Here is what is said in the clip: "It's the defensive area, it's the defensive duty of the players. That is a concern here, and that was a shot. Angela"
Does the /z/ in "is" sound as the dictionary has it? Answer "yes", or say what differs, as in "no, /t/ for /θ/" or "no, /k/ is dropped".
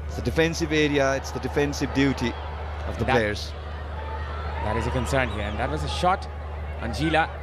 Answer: yes